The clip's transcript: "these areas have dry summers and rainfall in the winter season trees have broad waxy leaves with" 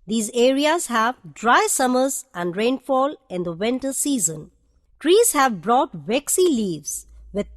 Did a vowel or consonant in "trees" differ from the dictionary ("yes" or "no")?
no